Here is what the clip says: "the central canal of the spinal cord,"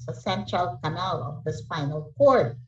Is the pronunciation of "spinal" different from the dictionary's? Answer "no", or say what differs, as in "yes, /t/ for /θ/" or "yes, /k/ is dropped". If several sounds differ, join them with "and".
yes, /f/ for /p/